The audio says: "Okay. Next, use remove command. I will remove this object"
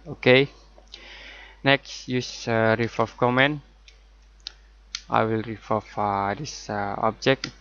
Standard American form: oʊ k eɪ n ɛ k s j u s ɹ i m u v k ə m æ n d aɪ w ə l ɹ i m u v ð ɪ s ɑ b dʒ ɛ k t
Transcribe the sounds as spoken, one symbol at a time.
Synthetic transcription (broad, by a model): oʊ k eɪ n ɛ k s j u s ɹ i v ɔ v k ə m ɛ n aɪ w ə l ɹ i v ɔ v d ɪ s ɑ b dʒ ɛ k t